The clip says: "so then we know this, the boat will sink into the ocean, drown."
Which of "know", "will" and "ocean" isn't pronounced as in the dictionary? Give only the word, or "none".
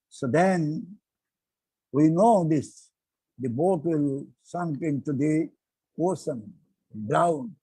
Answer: ocean